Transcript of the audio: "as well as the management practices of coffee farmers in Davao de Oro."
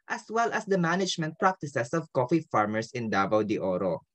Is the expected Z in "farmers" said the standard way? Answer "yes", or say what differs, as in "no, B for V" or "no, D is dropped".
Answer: no, S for Z